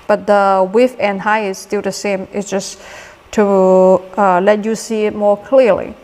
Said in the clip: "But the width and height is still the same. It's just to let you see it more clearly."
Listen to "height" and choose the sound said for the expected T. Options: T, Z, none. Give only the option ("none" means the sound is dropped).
none